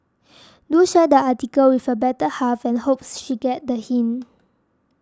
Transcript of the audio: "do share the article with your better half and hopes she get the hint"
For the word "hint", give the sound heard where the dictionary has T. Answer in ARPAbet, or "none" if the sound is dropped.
none